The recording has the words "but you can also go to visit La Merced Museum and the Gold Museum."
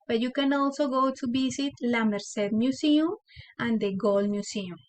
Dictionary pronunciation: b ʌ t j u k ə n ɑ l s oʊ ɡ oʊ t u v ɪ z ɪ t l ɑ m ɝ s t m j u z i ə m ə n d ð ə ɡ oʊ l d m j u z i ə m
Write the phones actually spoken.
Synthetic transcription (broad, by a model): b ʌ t j u k ə n ɑ l s oʊ ɡ oʊ t u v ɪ s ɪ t l ɑ m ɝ s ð m j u s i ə m ə n d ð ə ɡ oʊ l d m j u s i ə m